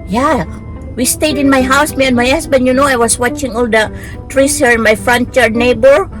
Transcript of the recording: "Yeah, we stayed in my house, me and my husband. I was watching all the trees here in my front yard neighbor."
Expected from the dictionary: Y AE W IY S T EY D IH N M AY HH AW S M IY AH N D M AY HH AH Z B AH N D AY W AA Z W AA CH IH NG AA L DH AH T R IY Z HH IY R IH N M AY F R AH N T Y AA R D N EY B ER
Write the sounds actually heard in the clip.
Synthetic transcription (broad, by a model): Y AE W IY S T EY D IH N M AY HH AW S M IY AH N M AY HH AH S B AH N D AY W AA S W AA CH IH NG AA L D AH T R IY S HH IY R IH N M AY F R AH N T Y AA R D N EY B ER